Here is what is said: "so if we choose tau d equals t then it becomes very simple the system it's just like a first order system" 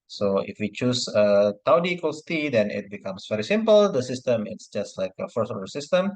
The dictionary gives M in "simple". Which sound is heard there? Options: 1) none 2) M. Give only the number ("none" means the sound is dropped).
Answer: 2